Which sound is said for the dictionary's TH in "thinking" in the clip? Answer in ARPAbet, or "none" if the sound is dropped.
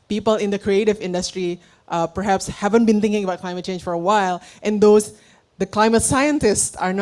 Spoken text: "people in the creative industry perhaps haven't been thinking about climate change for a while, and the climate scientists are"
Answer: T